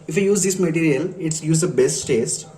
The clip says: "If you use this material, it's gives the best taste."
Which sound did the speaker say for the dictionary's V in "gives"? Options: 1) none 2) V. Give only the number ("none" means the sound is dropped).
1